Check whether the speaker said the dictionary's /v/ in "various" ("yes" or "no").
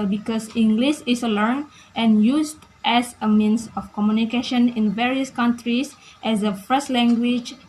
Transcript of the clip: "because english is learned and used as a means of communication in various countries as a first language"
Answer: yes